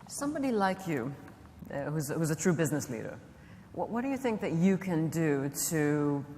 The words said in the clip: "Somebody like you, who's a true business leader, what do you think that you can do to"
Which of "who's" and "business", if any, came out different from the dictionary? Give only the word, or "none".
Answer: none